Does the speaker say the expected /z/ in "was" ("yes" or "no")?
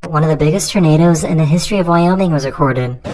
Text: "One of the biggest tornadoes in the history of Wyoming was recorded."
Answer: yes